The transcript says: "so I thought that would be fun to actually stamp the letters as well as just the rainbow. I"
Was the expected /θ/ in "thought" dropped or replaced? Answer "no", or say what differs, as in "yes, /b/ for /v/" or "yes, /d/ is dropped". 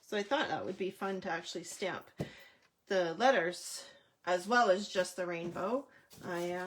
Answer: no